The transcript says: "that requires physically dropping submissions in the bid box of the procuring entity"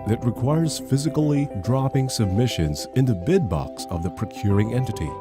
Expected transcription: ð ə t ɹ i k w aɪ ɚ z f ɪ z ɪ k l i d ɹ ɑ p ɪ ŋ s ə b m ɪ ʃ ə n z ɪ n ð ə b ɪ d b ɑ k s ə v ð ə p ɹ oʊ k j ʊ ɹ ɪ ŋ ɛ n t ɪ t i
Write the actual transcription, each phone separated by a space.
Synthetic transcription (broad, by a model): ð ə t ɹ i k w aɪ ɚ z f ɪ z ɪ k l i d ɹ ɑ p ɪ ŋ s ə b m ɪ ʃ ə n z ɪ n ð ə b ɪ d b ɑ k s ə v ð ə p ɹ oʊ k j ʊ ɹ ɪ ŋ ɛ n t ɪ t i